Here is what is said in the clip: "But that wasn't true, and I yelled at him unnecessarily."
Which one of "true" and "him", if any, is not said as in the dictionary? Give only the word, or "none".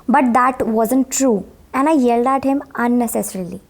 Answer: none